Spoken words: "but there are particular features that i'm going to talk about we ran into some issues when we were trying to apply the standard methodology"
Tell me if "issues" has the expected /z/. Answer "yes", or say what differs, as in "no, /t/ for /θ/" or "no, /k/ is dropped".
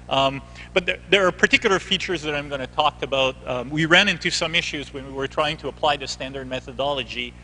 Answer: yes